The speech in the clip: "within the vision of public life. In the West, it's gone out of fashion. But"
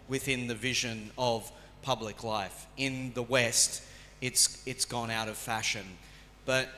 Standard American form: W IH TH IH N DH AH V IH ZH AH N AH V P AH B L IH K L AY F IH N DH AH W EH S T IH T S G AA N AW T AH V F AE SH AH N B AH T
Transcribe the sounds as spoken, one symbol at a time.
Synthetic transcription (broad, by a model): W IH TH IH N DH AH V IH ZH AH N AH V P AH B L IH K L AY F IH N DH AH W EH S T IH T S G AA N AW T AH V F AE SH AH N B AH T